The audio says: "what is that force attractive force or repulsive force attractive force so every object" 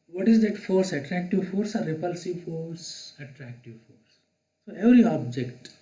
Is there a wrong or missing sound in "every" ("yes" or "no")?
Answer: yes